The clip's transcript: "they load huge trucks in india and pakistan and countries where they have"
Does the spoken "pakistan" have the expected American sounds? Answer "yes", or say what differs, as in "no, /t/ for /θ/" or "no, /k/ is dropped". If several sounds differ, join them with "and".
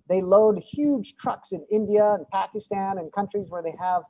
yes